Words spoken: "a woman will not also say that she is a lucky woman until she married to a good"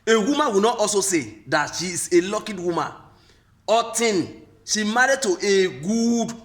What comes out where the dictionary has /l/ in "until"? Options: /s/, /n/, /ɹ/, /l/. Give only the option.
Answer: /n/